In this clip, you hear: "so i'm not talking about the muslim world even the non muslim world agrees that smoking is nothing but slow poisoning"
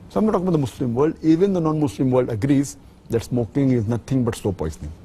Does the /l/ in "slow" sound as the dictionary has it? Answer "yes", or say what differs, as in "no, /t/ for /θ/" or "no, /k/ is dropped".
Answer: no, /l/ is dropped